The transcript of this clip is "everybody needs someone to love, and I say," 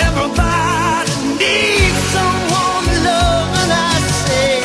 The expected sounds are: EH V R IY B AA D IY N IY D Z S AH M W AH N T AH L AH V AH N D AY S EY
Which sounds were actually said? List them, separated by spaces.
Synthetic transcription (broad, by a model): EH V R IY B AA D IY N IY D S AH M W AH N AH L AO AH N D AY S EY